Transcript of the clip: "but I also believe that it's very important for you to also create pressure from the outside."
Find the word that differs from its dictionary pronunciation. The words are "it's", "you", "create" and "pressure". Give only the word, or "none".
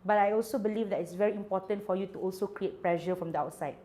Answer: pressure